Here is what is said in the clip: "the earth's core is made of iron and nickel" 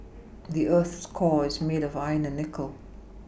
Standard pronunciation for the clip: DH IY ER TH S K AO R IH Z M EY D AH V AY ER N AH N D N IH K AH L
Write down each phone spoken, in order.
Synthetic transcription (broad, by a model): DH IY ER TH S K AO IH Z M EY D AH V AY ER N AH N N IH K AH L